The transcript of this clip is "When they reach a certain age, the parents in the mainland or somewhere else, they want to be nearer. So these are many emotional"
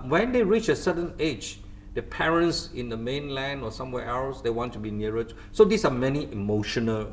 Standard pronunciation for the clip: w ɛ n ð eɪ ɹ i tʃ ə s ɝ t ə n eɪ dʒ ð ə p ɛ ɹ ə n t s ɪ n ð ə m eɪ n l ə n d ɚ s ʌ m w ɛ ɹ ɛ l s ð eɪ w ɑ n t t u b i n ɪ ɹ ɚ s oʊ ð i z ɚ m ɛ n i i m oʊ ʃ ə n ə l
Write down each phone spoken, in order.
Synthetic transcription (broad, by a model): w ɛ n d eɪ ɹ i tʃ ə s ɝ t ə n eɪ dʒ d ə p ɛ ɹ ə n t s ɪ n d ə m eɪ n l ə n d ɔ s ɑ m w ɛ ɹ ɛ l s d eɪ w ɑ n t t u b i n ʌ ɹ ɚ s oʊ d i s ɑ m ɛ n i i m oʊ ʃ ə n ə l